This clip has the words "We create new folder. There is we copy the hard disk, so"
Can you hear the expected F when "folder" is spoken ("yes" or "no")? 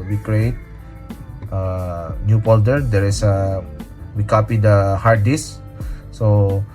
no